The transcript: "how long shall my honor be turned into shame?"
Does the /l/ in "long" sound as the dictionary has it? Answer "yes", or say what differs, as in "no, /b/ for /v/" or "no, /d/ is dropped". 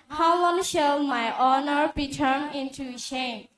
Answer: no, /w/ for /l/